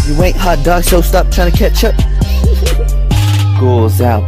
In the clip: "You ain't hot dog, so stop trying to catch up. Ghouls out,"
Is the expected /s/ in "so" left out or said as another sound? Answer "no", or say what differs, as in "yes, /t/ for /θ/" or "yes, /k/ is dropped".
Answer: yes, /ʃ/ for /s/